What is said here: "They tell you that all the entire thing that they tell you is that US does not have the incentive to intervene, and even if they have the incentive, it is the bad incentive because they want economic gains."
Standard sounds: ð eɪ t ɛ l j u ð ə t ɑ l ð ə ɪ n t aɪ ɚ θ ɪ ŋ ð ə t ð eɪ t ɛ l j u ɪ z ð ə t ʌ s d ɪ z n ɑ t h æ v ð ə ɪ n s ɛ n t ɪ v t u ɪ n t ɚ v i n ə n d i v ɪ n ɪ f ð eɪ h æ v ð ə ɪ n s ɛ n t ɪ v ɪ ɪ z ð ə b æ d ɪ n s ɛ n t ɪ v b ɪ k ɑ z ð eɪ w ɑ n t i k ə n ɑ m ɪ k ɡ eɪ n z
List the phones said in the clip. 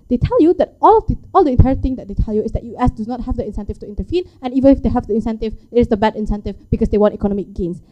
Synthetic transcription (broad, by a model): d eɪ t ɛ l j u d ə t ɑ l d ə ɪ n t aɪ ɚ t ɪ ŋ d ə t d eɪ t ɛ l j u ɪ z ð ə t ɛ s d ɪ n ɑ t h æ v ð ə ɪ n s ɛ n t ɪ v t u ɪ n t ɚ f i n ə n i v ɪ n ɪ f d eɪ h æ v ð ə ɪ n s ɛ n t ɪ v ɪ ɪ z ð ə b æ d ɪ n s ɛ n t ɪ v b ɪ k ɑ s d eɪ w ɑ n t i k ə n ɑ m ɪ k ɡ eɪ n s